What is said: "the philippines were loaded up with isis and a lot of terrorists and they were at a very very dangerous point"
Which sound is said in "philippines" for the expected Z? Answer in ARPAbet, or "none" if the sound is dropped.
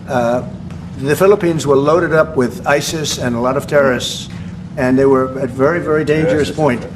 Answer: Z